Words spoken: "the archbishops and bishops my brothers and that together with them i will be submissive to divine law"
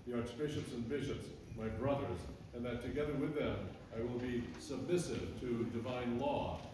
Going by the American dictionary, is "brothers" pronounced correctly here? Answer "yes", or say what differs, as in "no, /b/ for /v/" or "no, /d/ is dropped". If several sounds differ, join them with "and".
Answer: yes